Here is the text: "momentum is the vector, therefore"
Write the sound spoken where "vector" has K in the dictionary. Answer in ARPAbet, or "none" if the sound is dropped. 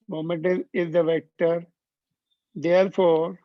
K